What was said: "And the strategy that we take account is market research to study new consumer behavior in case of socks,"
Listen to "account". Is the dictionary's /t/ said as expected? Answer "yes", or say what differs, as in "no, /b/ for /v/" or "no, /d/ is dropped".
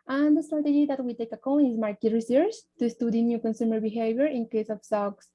no, /t/ is dropped